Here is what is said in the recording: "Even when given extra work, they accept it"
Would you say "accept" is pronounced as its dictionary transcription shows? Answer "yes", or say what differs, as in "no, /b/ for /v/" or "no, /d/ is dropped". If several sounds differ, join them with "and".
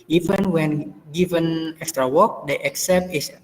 yes